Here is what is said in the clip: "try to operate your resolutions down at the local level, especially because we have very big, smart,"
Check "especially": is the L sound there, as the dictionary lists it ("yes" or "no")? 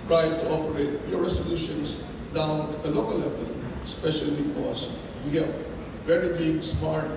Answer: no